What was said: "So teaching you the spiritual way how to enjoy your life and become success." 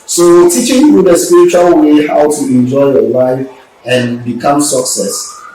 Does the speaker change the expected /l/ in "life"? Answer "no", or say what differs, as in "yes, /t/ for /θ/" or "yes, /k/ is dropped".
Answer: no